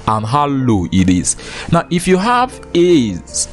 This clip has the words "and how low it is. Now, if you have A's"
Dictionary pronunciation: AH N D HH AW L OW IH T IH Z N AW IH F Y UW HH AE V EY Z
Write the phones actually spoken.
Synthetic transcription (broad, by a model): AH N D HH AW L OW IH T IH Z N AW IH F Y UW HH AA V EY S